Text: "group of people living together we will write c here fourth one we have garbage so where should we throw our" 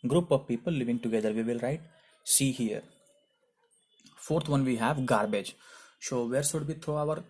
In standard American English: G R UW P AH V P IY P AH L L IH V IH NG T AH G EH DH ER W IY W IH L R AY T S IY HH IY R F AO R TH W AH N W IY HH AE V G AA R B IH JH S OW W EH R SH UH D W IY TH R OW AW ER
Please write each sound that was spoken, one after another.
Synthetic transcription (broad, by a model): G R UW P AH V P IY P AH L L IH V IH NG T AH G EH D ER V IY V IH L R AY T S IY HH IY R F AO R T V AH N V IY HH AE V G AA R B IH JH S OW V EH R S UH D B IY T R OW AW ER